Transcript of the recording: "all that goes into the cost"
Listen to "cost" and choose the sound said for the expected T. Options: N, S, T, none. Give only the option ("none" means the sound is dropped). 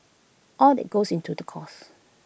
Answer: none